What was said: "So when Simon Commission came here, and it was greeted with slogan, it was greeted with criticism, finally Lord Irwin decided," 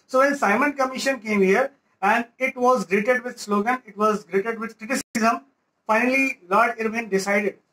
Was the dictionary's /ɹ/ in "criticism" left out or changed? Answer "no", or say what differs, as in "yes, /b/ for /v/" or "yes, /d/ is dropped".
no